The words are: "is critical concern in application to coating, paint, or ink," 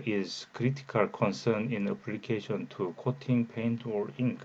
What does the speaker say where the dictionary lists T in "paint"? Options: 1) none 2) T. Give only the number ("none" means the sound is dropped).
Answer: 2